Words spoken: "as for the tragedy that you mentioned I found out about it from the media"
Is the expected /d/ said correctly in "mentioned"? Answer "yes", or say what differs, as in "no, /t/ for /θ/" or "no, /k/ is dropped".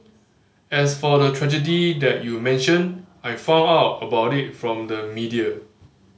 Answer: no, /d/ is dropped